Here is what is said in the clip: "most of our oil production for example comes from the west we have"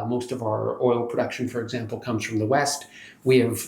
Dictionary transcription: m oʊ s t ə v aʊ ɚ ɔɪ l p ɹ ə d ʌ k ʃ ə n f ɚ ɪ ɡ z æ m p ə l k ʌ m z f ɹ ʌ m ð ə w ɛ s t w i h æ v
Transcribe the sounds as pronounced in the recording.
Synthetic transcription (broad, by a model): m oʊ s t ə v aʊ ɚ ɔɪ l p ɹ ə d ʌ k ʃ ə n f ɚ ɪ ɡ z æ m p l k ʌ m z f ɹ ʌ m ð ə w ɛ s t w i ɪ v